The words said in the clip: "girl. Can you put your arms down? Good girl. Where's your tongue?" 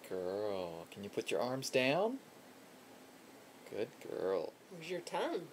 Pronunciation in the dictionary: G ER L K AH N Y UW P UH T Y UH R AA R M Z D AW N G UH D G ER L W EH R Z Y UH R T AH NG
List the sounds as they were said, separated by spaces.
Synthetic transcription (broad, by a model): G ER L K AH N Y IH P UH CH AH R AA R M Z D AW N G UH D G ER L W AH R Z Y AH R T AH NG